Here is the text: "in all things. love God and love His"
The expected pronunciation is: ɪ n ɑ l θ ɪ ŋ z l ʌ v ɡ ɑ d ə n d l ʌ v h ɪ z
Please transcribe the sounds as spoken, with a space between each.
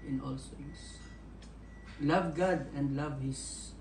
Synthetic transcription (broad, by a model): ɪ n ɑ l s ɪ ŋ s l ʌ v ɡ ɑ d ə n d l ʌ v h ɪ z